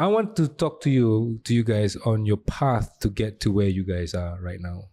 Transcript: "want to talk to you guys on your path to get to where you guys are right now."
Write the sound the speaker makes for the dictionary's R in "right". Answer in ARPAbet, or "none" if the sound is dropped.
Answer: R